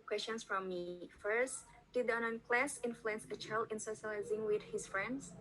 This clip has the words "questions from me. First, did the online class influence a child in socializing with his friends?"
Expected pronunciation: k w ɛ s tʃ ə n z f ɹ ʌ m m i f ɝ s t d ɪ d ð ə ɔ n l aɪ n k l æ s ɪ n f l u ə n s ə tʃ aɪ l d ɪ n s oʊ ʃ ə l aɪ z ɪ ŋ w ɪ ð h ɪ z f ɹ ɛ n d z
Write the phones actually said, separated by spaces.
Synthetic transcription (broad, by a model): k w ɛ s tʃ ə n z f ɹ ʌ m m i f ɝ s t d ɪ d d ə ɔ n aɪ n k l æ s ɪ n f l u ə n s ə tʃ aɪ l d ɪ n s oʊ ʃ ə l aɪ z ɪ ŋ w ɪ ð h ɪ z f ɹ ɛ n d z